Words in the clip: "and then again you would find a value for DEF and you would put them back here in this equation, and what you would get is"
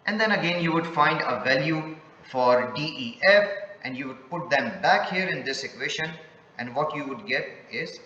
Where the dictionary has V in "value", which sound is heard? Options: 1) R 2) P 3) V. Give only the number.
3